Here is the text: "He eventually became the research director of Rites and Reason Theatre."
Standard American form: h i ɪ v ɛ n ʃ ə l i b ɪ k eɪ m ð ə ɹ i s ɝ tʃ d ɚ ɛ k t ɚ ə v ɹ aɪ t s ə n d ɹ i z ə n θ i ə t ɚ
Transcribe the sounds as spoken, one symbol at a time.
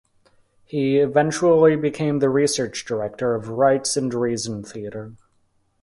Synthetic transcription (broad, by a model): h i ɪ v ɛ n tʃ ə l i b ɪ k eɪ m ð ə ɹ i s ɝ tʃ d ɚ ɛ k t ɚ ə v ɹ aɪ t s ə n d ɹ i z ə n θ i ə t ɚ